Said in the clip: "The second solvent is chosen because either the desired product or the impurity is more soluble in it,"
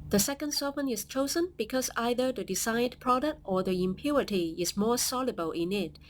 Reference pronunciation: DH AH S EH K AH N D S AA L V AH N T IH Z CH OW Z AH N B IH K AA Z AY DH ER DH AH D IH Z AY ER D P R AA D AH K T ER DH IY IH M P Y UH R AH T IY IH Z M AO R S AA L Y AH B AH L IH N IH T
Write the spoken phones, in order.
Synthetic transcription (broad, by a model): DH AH S EH K AH N D S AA V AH N IH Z CH OW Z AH N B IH K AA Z AY DH ER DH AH D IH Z AY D P R AA D AH K T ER DH IY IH M P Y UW R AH T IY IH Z M AO R S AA L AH B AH L IH N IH T